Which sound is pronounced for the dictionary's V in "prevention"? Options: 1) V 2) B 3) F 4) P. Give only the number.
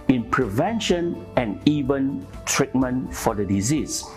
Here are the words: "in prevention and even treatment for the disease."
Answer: 1